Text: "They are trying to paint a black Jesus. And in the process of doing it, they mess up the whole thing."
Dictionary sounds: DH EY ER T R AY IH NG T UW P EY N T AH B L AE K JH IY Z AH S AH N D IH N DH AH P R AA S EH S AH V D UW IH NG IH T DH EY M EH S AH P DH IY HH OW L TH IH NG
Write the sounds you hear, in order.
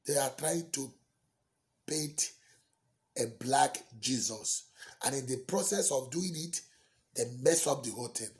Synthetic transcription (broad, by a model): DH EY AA T R AY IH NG T UW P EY T AH B L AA K JH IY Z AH S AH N IH N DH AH P R AA S EH S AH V D UW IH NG IH T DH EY M EH S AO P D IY HH OW L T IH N